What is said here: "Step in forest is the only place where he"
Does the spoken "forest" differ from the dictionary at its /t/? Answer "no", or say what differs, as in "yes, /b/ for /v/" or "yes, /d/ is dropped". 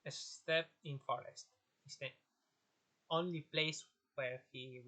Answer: no